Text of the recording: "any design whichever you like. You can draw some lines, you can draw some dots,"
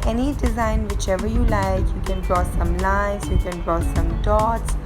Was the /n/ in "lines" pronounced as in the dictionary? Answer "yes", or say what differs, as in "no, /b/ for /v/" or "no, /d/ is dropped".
no, /n/ is dropped